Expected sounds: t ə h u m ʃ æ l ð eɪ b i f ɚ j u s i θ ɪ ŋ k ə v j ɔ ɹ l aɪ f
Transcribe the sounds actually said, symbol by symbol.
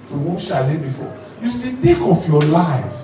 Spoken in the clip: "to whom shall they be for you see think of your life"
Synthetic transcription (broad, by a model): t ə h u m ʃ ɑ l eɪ b i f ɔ j u s i t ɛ k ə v j ɔ l aɪ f